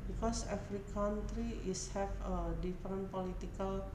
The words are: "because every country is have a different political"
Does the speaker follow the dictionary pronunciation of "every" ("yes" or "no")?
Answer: no